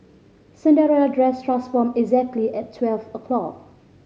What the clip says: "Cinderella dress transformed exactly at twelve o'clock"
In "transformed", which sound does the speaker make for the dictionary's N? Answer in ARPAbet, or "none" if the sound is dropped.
none